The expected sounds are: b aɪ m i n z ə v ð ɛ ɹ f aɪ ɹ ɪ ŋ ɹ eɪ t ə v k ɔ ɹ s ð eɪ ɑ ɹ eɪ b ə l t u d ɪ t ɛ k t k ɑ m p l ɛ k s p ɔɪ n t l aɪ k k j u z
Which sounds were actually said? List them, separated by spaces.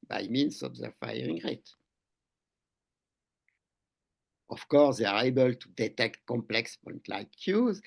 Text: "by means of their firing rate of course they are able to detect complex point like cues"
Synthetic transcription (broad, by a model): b aɪ m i n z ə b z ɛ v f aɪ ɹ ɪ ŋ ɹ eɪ t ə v k ɔ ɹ s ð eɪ ɑ ɹ eɪ b ə l t u d ɪ t ɛ k t k ɑ m p l ɛ k s p ɔɪ n t l aɪ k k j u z